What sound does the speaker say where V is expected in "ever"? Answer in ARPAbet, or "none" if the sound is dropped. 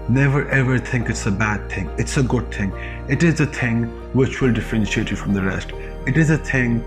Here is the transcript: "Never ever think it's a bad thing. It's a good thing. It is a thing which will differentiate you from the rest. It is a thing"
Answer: V